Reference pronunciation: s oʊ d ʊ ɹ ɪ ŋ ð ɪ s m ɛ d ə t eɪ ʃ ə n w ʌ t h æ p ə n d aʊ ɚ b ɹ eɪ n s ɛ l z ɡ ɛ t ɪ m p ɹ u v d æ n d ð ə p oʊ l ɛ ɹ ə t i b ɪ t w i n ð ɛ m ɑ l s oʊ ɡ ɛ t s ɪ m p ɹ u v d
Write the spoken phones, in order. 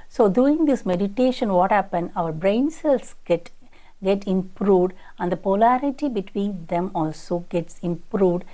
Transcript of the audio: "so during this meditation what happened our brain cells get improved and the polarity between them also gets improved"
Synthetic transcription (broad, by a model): s oʊ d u ɪ ŋ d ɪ s m ɛ d ə t eɪ ʃ ə n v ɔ t h æ p ə n d aʊ ɚ b ɹ eɪ n s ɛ l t ɡ ɛ t ɪ m p ɹ u v d æ n d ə p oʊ l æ ɹ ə t i b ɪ t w i n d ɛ m ɑ l s oʊ ɡ ɛ t s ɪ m p ɹ u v d